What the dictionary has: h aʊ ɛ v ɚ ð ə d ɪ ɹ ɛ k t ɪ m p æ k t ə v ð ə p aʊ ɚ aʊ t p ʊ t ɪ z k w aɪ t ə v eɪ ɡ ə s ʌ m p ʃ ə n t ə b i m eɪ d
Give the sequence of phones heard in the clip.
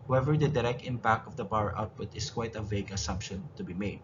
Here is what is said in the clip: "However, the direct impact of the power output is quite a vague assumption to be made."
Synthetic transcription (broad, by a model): h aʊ ɛ v ɚ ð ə d ɪ ɹ ɛ k t ɪ m p æ k t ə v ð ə b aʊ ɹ aʊ t p ʊ t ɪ s k w aɪ t ə v eɪ ɡ ə s ʌ m p ʃ ə n t ə b i m eɪ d